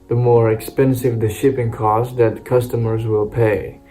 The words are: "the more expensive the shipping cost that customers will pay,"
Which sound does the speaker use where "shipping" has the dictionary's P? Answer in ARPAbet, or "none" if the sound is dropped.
P